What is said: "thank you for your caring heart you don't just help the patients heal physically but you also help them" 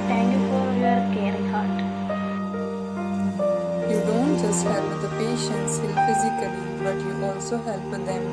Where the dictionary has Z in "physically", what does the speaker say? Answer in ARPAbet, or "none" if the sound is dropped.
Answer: Z